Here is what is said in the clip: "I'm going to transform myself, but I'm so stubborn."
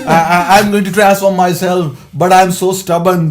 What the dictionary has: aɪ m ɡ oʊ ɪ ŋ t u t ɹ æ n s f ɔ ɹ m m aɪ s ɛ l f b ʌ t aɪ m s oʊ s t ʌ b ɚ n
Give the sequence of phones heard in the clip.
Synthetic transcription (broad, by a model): aɪ m ɡ oʊ ɪ ŋ t u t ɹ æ s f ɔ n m m aɪ s ɛ l f b ʌ t aɪ m s oʊ s t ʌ b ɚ n